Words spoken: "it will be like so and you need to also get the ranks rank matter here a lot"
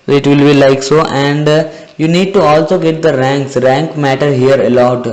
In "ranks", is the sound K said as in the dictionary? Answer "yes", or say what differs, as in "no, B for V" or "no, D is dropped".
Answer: yes